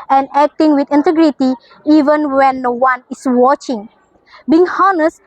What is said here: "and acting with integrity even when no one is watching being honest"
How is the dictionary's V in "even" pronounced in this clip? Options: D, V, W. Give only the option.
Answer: V